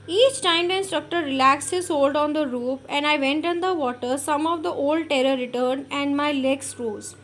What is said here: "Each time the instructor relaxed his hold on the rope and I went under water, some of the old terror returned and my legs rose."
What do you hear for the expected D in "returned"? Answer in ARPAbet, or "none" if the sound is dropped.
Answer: none